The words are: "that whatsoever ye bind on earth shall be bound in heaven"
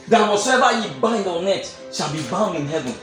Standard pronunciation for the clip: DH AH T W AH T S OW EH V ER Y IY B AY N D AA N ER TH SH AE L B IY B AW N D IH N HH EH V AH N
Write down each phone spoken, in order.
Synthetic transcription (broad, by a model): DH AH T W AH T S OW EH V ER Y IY B AY N D AA N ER T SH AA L B IY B AW N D IH N HH EH V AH N